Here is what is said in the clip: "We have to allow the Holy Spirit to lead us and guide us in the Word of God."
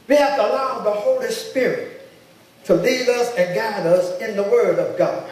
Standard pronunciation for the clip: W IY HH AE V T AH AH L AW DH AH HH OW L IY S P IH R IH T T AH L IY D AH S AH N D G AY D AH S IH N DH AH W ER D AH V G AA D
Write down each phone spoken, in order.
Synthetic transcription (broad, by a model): W IY HH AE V T AH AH L AW DH AH HH OW L IY S P IH R IH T T AH L IY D AH S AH N G AY D AH S IH N DH AH W ER D AH V G AA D